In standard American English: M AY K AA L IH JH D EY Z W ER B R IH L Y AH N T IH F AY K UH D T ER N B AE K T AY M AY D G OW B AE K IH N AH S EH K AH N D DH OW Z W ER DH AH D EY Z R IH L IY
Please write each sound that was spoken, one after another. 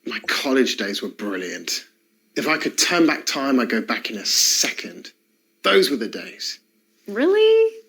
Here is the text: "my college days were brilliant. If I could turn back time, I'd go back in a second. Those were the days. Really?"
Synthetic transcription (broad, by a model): M AY K AA L IH JH D EY Z W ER B R IH L Y AH N T IH F AY K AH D T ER N B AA K T AY M AY G OW B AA K IH N AH S EH K AH N D DH OW Z W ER DH AH D EY Z R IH L IY